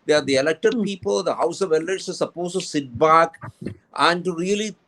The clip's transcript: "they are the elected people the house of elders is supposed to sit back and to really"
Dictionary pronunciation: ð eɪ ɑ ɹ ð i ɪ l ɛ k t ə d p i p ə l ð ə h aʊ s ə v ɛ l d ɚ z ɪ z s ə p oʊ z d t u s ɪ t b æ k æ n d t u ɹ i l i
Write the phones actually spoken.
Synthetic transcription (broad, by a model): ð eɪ ɑ ɹ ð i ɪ l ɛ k t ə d p i p ə l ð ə h aʊ s ə v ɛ l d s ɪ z s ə p oʊ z t u s ɪ t b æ k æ n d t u ɹ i l i